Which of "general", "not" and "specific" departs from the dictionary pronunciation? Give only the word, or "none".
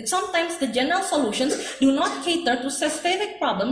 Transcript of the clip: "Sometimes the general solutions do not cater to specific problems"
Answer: specific